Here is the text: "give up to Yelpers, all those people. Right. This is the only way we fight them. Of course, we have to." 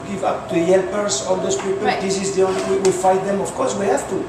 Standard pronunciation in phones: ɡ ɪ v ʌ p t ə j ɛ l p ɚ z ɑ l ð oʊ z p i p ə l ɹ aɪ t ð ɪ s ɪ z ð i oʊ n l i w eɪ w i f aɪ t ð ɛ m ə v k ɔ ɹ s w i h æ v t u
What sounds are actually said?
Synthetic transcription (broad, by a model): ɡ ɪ v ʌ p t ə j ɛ l p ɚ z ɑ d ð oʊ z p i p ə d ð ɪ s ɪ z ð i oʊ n w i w w i f aɪ t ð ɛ m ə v k ɔ ɹ s w i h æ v t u